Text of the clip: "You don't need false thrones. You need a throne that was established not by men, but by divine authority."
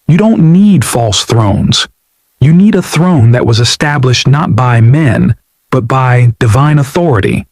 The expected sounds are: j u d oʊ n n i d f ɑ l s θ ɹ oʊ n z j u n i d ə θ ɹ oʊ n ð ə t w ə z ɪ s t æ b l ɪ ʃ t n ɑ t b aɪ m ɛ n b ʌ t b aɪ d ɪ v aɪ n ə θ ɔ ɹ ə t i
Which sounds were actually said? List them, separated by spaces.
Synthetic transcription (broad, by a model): j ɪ d oʊ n n i d f ɑ l s θ ɹ oʊ n z j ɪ n i d ə θ ɹ oʊ n ð ə t w ə z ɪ s t æ b l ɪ ʃ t n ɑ t b aɪ m ɛ n b ʌ t b aɪ d ɪ v aɪ n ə θ ɔ ɹ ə t i